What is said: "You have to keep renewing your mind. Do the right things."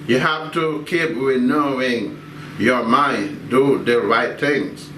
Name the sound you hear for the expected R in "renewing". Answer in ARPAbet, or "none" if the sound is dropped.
W